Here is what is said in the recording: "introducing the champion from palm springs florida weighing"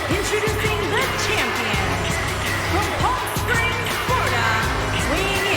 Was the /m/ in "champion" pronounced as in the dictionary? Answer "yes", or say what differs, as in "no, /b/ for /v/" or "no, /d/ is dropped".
yes